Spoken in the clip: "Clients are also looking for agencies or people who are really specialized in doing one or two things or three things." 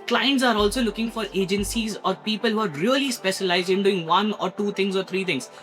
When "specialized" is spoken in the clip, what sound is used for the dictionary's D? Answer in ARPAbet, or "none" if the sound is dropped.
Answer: D